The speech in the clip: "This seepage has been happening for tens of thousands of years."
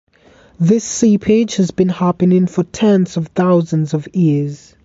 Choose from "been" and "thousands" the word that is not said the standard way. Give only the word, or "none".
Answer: none